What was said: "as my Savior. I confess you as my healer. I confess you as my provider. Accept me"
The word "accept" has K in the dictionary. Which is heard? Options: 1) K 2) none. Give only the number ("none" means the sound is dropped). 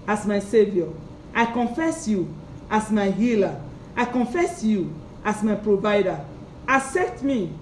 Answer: 2